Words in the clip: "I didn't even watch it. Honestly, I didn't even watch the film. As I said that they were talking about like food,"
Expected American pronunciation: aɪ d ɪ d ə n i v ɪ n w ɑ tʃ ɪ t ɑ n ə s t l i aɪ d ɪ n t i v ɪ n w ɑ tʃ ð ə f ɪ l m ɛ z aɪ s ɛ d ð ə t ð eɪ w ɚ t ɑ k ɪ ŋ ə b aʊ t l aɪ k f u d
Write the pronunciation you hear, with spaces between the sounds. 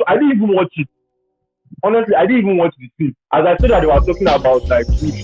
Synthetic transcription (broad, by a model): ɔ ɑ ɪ d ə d i v ɪ n w ɑ tʃ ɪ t ɑ n ə s t l i aɪ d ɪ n i v ɪ n w ɑ tʃ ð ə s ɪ m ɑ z aɪ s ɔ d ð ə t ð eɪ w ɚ t ɑ k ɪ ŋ ə b aʊ t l aɪ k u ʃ